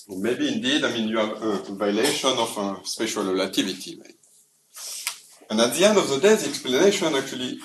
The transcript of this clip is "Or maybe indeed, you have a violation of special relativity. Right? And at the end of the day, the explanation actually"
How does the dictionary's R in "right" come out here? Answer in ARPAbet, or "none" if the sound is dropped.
W